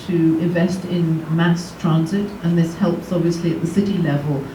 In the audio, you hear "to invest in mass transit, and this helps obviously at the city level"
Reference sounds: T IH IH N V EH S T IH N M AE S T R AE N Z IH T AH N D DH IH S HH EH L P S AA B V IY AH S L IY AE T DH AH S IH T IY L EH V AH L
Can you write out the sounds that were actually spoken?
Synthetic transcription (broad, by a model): T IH IH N V EH S T IH N M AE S T R AE N Z IH T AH N DH IH S HH EH L P S AA B V IY AH S L IY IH T DH AH S IH T IY L EH V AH L